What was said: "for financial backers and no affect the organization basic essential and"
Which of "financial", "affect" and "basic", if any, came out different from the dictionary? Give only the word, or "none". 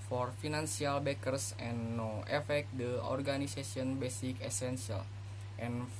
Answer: financial